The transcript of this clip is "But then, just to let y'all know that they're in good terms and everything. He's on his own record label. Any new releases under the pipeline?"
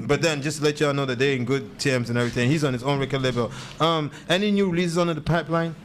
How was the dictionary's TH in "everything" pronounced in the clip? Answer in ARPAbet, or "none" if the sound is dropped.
TH